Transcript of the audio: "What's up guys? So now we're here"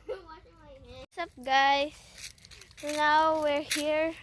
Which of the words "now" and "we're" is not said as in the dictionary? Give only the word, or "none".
none